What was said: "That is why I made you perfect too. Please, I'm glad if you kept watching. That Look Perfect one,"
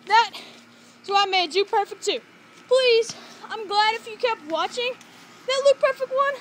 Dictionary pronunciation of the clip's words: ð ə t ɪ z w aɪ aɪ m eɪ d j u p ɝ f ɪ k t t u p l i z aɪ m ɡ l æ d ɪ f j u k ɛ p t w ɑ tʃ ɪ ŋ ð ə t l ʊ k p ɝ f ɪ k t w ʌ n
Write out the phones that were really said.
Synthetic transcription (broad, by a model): ð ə t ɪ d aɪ aɪ m eɪ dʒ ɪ p ɝ f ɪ k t t u p l i z aɪ m ɡ l æ d ɪ f j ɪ k ɛ p t w ɑ tʃ ɪ ŋ ð ə t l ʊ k p ɝ f ɪ k t w ʌ n